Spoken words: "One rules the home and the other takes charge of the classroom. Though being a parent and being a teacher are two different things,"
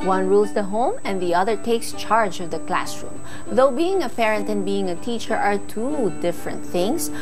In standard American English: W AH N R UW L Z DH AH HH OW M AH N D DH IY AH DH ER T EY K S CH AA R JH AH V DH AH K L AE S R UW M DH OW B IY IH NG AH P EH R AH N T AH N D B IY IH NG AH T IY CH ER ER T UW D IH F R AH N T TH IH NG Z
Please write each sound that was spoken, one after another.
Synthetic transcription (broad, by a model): W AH N R UW L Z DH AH HH OW M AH N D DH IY AH DH ER T EY K S CH AA R JH AH V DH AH K L AE S R UW M DH OW B IY IH NG AH P EH R AH N T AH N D B IY IH NG AH T IY CH ER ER T UW D IH F R AH N T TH IH NG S